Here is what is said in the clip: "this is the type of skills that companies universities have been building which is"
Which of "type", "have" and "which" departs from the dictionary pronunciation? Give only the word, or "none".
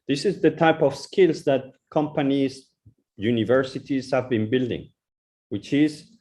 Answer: none